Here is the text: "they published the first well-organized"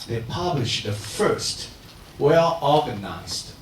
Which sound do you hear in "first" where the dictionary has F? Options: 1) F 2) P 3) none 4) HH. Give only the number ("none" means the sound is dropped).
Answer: 1